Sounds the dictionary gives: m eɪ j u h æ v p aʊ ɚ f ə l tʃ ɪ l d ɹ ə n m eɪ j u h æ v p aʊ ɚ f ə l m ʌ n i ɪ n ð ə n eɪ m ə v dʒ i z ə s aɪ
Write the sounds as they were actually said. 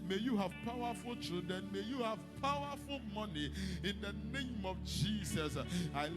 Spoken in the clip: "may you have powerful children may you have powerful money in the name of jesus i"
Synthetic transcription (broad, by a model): m eɪ j u h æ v p aʊ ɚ f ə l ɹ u d ə n m eɪ j u h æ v p aʊ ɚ f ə l m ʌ n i ɪ n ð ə n eɪ m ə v dʒ i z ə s aɪ